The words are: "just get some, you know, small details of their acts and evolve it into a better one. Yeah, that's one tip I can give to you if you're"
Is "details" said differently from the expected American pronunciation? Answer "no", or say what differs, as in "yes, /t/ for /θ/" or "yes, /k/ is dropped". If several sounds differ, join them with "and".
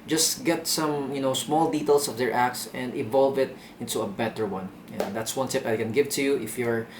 yes, /s/ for /z/